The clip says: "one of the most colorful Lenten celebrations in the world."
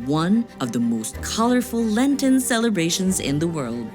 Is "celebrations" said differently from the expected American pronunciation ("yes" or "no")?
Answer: no